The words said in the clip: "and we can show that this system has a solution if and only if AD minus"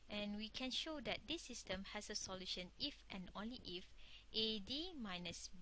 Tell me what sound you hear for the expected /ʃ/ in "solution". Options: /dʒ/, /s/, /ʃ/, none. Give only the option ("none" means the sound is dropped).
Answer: /ʃ/